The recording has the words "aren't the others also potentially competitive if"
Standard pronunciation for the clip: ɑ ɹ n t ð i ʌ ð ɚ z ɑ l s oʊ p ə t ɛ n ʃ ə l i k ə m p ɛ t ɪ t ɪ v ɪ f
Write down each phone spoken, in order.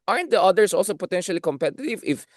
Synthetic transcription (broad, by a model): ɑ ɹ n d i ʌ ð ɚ s ɑ l s oʊ p ə t ɛ n ʃ ə l i k ə m p ɛ t ɪ t ɪ v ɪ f